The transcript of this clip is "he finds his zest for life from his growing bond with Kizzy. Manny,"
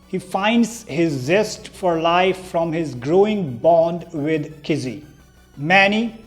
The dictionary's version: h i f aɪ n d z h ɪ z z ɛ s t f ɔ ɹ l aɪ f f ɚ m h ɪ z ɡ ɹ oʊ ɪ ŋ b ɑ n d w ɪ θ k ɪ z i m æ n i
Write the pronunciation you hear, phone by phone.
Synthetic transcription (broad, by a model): h i f aɪ n d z h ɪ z z ɛ s t f ɔ ɹ l aɪ f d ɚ m h ɪ z ɡ ɹ oʊ ɪ ŋ b ɑ n d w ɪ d k ɪ z i m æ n i